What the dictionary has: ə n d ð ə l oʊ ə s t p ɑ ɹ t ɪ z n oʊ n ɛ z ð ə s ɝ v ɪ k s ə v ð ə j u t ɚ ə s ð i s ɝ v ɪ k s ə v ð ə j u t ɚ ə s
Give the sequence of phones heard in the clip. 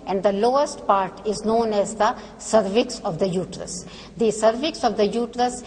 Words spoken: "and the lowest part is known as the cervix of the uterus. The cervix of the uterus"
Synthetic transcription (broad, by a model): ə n d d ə l oʊ ə s t p ɑ ɹ t ɪ z n oʊ n ɛ z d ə s ɝ v ɪ k s ə v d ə j u t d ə s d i s ɝ v ɪ k s ə v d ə j u t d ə s